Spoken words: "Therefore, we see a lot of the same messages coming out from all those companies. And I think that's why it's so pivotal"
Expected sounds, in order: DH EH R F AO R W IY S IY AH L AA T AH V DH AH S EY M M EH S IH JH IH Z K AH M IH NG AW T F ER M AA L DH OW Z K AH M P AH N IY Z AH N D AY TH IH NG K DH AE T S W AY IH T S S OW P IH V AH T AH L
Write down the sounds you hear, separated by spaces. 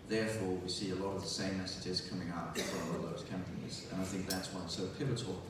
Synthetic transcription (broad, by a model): DH EH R F AO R W IY S IY AH L AA T AH V DH AH S EY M M EH S IH JH IH Z K AH M IH NG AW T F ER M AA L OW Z K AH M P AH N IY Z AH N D AY TH IH NG K DH AE T S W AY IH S S OW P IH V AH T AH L